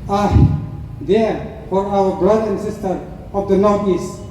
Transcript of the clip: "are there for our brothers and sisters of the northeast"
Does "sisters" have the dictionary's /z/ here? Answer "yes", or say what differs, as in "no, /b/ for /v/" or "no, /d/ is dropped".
no, /z/ is dropped